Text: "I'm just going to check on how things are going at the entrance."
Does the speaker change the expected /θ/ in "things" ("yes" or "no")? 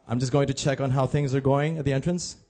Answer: no